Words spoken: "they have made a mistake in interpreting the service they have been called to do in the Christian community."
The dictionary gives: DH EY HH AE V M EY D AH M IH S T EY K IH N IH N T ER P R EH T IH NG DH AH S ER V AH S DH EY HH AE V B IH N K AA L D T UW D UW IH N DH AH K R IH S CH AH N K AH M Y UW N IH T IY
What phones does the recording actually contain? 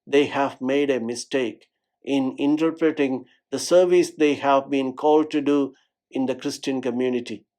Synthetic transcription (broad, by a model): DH EY HH AE V M EY D AH M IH S T EY K IH N IH N T ER P R EH T IH NG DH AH S ER V AH S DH EY HH AE V B IH N K AA L D T UW D UW IH N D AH K R IH S CH AH N K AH M Y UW N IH T IY